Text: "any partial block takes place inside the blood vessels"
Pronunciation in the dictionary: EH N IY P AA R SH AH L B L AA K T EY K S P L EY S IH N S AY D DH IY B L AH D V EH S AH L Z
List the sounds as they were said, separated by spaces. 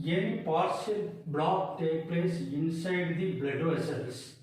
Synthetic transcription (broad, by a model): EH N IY P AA R S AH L B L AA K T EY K P L EY S IH N S AY D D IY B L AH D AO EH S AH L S